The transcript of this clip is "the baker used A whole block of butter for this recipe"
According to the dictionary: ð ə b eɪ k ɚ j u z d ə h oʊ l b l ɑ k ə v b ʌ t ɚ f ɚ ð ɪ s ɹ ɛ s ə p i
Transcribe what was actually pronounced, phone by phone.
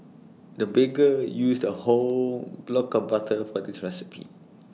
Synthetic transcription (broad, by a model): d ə b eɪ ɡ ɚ j u s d ə h oʊ l b l ɑ k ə b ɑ t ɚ f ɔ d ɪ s ɹ ɛ s ə p i